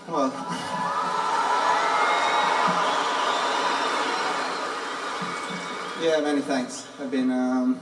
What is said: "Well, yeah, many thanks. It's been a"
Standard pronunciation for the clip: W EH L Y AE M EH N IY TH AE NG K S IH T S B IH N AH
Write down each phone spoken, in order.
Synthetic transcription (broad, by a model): W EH L Y AE M EH N IY TH AE NG K S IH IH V B IH N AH